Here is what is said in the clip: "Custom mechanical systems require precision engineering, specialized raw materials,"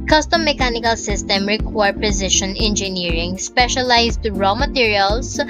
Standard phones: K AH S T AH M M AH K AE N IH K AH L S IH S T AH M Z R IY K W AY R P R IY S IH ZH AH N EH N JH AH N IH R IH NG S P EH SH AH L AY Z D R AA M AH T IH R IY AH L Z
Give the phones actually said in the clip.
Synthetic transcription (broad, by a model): K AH S T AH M M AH K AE N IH K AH L S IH S T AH M R IY K W AY R P R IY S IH SH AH N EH N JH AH N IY R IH NG S P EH SH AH L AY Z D R AA M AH T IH R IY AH L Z